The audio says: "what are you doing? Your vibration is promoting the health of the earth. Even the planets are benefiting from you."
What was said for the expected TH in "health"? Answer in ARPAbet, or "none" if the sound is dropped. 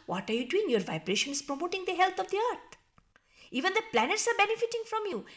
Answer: T